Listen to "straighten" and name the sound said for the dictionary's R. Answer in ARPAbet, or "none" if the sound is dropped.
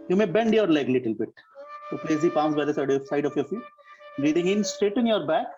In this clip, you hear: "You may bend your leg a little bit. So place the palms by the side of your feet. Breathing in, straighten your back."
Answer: none